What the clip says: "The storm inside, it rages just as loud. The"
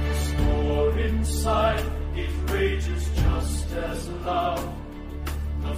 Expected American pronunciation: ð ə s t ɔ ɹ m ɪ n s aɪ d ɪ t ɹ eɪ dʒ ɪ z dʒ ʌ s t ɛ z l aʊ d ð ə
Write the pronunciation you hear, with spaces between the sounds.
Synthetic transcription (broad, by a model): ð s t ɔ ɹ ɪ n s aɪ d ɪ t ɹ eɪ dʒ ɪ z dʒ ʌ s t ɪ z l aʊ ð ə